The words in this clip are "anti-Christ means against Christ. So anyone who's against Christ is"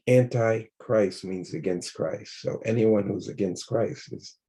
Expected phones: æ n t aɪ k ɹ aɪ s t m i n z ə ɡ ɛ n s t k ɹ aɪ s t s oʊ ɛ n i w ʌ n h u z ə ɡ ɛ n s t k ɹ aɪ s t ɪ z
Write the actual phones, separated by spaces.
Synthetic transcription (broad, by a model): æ n t aɪ k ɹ aɪ s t m i n z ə ɡ ɛ n s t k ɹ aɪ s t s oʊ ɛ n i w ʌ n h u z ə ɡ ɛ n s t k ɹ aɪ s t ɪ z